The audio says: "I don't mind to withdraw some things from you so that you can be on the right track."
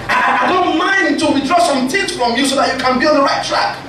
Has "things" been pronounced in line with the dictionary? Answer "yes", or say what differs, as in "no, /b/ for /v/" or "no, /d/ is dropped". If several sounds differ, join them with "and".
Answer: no, /t/ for /θ/